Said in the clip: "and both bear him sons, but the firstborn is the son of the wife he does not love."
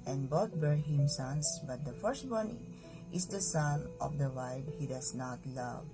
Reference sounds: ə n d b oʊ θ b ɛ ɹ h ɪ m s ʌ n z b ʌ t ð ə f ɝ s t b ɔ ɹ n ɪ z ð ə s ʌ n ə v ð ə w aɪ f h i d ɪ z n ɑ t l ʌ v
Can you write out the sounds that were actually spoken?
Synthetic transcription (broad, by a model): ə n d b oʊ t b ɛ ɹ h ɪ m s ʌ n s b ʌ t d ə f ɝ s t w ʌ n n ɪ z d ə s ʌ n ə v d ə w aɪ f h i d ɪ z n ɑ t l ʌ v